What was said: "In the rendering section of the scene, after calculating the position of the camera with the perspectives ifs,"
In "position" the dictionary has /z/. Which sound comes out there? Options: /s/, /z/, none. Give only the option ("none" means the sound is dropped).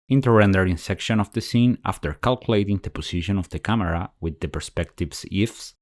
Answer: /s/